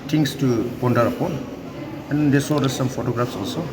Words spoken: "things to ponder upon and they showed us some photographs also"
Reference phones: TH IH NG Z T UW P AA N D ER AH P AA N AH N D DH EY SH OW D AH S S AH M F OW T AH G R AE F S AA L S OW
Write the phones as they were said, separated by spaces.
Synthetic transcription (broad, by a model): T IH NG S T UW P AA N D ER AH P AA N AH N D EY S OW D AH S S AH M F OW T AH G R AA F S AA L S OW